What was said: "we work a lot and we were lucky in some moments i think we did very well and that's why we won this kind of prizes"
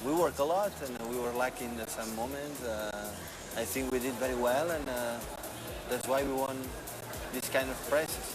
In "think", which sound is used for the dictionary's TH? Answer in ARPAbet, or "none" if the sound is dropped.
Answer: TH